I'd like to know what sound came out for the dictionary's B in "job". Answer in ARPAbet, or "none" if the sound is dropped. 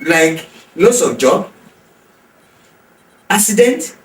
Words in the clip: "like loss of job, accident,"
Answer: none